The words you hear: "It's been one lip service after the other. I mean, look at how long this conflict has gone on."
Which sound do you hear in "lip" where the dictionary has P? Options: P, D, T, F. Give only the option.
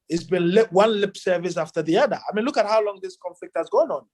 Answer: P